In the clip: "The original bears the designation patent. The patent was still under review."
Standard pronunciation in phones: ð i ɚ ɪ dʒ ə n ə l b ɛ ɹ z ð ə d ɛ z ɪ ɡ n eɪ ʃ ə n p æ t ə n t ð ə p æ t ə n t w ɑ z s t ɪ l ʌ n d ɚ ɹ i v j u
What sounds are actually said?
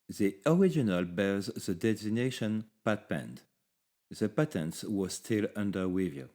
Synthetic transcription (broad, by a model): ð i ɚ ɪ dʒ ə n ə l b ɛ ɹ z ð ə d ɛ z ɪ n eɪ ʃ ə n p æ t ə n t ð ə p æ t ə n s w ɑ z s t ɪ l ʌ n d ɚ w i v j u